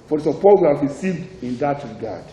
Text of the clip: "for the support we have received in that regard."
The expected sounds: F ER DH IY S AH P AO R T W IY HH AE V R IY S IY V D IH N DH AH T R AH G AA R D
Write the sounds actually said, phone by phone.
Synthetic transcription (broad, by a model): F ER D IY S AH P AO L W IY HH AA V R IY S IY V D IH N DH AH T R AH G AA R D